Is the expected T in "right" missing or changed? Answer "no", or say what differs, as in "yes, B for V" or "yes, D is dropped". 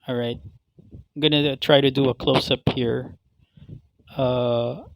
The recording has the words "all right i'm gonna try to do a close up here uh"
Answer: no